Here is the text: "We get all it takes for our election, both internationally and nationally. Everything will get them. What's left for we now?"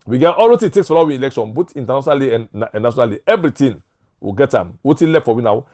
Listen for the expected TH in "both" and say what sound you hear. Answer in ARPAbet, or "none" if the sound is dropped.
T